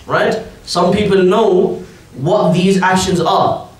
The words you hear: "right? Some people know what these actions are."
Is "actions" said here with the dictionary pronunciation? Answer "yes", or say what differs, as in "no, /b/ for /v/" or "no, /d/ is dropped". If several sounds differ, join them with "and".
yes